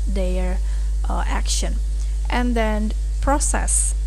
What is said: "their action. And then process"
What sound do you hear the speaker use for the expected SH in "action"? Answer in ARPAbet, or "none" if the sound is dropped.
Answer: SH